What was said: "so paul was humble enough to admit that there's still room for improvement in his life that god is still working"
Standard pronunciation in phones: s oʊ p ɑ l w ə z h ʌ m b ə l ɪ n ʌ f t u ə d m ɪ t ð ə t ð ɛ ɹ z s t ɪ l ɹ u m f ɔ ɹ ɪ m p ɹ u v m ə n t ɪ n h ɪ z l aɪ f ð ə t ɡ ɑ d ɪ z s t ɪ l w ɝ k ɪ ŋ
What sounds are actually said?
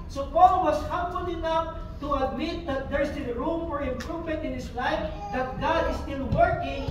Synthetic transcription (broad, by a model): s oʊ p ɑ l w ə s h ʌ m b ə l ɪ n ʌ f t u ə d m ɪ t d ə t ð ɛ ɹ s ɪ n ɹ u m f ɔ ɹ ɪ m p ɹ u v m ə n t ɪ n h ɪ s l aɪ f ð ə t ɡ ɑ d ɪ s t ɪ l w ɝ k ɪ ŋ